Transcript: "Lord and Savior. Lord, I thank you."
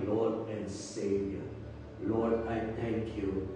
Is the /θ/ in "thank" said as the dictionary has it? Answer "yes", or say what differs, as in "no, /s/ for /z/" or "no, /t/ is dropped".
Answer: no, /t/ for /θ/